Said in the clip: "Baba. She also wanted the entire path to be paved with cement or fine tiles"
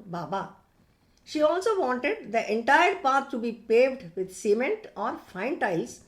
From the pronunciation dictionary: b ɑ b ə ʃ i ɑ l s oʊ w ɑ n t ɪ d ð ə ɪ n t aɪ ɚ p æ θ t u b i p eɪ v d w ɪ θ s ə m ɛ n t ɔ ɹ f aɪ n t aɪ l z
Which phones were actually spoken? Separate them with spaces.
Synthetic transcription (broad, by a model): b ɑ b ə ʃ i ɑ l s oʊ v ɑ n t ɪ d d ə ɪ n t aɪ ɚ p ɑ t t u b i p eɪ v d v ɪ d s ə m ɛ n t ɔ ɹ f aɪ n t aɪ l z